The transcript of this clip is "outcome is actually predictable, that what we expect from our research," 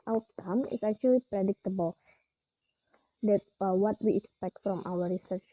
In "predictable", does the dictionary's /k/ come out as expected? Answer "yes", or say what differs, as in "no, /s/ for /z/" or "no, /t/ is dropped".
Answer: yes